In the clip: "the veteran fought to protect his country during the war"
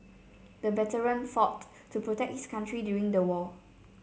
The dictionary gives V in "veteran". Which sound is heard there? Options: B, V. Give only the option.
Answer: B